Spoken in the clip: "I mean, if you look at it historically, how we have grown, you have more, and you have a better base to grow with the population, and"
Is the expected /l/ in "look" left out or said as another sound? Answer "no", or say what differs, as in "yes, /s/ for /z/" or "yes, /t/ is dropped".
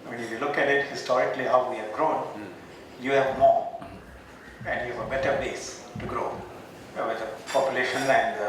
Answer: no